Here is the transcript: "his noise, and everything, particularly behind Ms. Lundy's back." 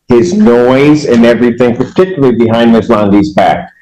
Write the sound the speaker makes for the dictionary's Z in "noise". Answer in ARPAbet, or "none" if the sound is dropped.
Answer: Z